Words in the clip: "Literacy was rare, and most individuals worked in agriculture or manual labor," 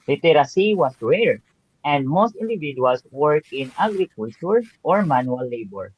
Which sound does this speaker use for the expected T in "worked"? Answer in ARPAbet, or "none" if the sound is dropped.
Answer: none